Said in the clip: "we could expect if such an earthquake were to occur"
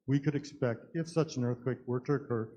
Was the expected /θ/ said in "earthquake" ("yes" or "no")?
yes